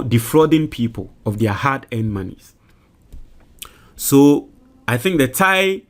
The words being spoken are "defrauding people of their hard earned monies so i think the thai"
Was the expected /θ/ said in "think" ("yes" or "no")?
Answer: yes